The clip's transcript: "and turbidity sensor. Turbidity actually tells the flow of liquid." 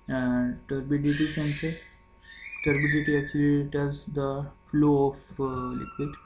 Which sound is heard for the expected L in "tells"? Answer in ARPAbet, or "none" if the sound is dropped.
none